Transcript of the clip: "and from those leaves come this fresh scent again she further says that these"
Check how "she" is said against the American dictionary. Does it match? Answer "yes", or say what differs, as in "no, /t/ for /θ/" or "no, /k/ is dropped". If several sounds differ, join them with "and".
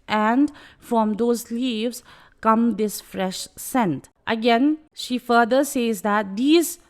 yes